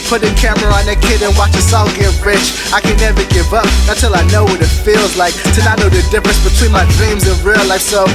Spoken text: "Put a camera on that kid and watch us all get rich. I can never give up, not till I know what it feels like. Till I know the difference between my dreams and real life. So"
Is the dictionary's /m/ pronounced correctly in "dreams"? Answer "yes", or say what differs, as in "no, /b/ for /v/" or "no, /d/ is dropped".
yes